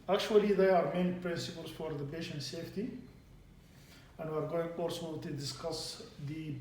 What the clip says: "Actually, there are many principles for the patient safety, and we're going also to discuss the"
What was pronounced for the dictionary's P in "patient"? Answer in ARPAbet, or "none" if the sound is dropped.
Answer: B